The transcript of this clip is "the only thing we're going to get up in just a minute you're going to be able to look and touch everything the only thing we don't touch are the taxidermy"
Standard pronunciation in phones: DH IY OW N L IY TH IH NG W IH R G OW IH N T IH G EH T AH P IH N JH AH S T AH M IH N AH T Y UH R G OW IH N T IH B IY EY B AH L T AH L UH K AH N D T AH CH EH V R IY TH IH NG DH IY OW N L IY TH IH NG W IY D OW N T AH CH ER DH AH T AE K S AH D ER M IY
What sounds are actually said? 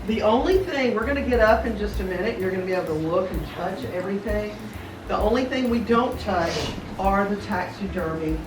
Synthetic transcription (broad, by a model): DH IY OW N L IY TH IH NG W IH R G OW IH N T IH G EH T AH P IH N JH AH S T AH M IH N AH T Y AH R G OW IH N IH B IY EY AH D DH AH L UH K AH N T AH CH EH V R IY TH IH NG DH IY OW N L IY TH IH NG W IY D OW N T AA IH ER DH AH T AE K S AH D ER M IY